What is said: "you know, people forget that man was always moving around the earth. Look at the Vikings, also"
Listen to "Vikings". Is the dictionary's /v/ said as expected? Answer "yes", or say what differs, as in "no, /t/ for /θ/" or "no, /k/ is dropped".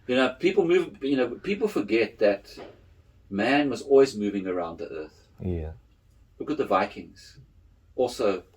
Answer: yes